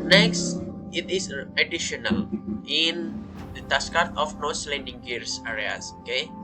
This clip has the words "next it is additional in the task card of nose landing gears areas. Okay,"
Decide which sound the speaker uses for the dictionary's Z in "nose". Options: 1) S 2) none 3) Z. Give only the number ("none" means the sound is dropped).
1